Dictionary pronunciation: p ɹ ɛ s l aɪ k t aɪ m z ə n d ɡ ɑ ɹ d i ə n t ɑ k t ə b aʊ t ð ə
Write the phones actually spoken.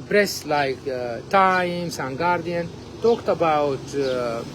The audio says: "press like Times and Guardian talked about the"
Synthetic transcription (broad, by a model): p ɹ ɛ s l aɪ k t aɪ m s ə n ɡ ɑ ɹ d i ə n t ɑ k t ə b aʊ t